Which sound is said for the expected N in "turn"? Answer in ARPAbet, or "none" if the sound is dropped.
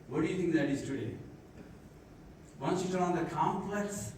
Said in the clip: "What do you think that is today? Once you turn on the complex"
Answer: L